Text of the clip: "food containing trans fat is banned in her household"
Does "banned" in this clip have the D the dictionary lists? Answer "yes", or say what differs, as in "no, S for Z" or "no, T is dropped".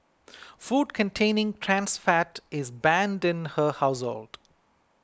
yes